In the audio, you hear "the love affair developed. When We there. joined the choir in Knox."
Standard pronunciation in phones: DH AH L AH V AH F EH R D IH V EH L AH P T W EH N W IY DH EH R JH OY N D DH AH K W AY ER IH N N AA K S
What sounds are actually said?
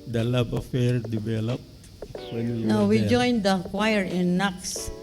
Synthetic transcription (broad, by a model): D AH L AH B AH F EH R D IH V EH L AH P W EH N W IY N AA W JH OY N D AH K W AY ER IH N N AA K S